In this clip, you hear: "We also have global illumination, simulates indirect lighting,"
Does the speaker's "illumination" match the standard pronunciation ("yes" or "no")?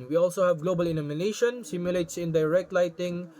no